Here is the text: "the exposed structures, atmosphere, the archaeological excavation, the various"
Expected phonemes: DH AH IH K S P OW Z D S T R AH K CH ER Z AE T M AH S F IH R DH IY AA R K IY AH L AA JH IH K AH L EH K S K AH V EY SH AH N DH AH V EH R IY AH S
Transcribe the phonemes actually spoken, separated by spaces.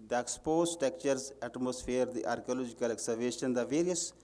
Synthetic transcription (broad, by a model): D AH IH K S P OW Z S T EH K CH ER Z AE T M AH S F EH R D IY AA R K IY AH L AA JH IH K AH L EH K S AH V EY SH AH N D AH V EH R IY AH S